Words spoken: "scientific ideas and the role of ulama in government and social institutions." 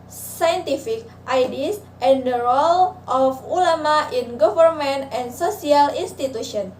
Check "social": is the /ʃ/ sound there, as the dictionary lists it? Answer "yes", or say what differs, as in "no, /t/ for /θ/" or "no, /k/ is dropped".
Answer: no, /s/ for /ʃ/